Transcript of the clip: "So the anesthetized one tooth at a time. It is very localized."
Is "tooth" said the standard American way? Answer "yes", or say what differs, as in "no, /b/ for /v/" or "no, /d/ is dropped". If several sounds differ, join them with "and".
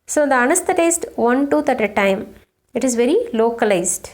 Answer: no, /t/ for /θ/